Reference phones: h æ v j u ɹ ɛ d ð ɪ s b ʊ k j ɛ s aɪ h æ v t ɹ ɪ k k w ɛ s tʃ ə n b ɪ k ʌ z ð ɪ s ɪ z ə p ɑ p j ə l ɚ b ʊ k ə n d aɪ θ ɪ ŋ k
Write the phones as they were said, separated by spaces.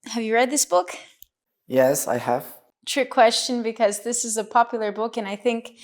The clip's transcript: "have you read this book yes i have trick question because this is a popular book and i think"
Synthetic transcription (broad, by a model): h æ v j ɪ ɹ ɛ d ð ɪ s b ʊ k j ɛ s aɪ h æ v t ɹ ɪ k k w ɛ s tʃ ə n b ɪ k ʌ z ð ɪ s ɪ z ə p ɑ p j l ɚ b ʊ k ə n aɪ θ ɪ ŋ k